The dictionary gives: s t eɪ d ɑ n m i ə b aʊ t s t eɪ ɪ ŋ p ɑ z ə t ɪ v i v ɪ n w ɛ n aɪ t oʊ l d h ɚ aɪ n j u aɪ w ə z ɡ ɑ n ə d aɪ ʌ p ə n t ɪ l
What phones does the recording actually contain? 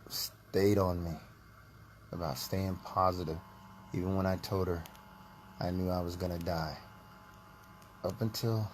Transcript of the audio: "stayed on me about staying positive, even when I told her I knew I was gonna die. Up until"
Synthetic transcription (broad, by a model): s t eɪ d n m i ə b aʊ t s t eɪ ɪ ŋ p ɑ z ə t ɪ v i v ɪ n w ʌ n aɪ t oʊ l d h ɚ aɪ n j u aɪ w ə z ɡ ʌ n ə d aɪ ʌ p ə n t ɪ l